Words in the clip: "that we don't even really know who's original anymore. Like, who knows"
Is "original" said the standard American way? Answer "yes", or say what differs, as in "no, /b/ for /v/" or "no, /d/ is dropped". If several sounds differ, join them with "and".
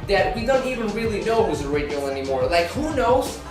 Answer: no, /n/ is dropped